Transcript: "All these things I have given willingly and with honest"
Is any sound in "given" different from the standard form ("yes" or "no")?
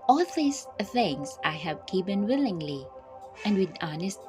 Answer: yes